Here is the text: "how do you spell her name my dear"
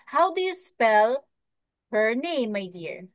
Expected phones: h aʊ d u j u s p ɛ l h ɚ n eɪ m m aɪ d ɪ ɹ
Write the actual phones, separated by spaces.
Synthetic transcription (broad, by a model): h aʊ d u j u s p ɛ l h ɚ n eɪ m m aɪ d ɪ ɹ